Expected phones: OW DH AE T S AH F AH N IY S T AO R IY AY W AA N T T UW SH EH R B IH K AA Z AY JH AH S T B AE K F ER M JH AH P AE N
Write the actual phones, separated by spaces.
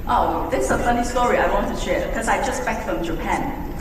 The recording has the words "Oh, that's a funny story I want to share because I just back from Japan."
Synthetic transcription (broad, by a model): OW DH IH S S AH F AH N IY S T AO R IY AY W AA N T T UW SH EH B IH K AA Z AY JH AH S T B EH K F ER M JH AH P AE N